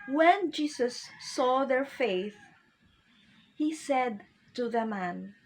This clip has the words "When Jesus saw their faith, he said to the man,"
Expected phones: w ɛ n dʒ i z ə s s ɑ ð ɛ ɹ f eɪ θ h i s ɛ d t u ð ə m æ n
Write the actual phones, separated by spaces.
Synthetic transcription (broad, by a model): w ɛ n dʒ i s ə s s ɑ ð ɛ ɹ f eɪ θ h i s ɛ d t u ð ə m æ n